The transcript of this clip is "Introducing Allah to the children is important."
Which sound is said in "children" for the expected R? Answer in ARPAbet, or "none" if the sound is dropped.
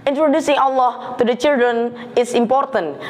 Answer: R